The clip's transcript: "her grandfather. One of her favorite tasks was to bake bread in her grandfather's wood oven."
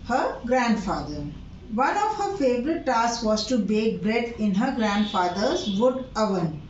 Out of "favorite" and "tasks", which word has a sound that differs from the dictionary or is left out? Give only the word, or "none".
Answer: tasks